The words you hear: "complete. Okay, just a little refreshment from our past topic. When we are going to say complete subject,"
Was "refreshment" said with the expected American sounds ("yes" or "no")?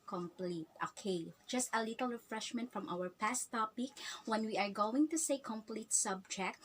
yes